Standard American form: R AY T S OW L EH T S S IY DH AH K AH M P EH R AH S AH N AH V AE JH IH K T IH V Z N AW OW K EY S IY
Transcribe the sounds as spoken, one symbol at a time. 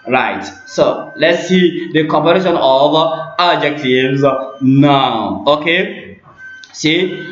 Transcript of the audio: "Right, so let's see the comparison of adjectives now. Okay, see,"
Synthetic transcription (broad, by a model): R AY T S OW L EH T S S IY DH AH K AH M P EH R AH SH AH N AH V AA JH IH K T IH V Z N AW OW K EY S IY